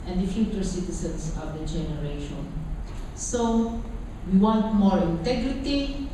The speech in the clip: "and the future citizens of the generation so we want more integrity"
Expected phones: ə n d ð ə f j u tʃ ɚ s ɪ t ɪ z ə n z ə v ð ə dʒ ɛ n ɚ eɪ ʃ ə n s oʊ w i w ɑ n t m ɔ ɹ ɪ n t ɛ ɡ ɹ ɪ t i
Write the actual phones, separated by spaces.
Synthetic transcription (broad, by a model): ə n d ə f j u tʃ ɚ s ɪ t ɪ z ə n s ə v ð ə dʒ ɛ n ɚ eɪ ʃ ə n s oʊ w i w ɑ n t m ɔ ɹ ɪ n t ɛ ɡ ɹ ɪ t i